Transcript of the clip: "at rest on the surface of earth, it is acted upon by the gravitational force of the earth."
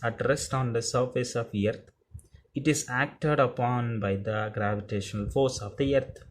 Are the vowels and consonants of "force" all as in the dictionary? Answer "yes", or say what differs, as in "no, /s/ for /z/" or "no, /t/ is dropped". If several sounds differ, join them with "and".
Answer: yes